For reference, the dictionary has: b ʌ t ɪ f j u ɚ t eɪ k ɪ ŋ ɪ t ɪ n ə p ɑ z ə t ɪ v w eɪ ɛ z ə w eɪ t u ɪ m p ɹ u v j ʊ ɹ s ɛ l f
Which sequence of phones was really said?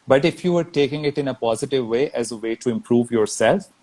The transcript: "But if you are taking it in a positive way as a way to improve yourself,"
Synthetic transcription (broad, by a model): b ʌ t ɪ f j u ɚ t eɪ k ɪ ŋ ɪ t ɪ n ə p ɑ z ə t ɪ v eɪ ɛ z ə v eɪ t u ɪ m p ɹ u v j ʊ ɹ s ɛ l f